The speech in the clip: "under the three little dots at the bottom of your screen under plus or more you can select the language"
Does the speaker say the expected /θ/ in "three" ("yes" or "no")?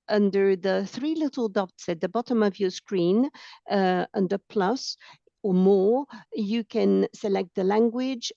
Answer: yes